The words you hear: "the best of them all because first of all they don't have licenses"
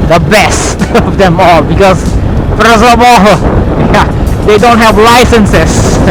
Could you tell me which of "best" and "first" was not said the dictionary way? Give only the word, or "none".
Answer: first